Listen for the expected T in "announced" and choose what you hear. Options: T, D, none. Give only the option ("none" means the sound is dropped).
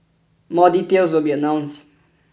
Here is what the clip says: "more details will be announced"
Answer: none